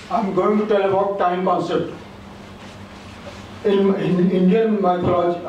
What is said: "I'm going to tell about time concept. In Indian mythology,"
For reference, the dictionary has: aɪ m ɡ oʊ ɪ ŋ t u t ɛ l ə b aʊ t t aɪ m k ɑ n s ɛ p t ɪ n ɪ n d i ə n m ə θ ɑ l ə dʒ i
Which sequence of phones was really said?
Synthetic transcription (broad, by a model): aɪ m ɡ oʊ ɪ ŋ t u t ɛ l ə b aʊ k t aɪ m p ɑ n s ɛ t ɪ n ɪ n d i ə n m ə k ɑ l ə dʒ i